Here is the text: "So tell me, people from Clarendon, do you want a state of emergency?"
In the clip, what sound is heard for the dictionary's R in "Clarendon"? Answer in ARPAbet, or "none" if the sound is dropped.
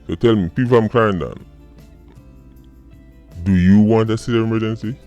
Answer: none